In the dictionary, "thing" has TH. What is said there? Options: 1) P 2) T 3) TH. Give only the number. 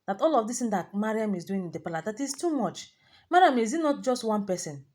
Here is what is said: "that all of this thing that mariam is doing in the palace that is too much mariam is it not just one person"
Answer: 2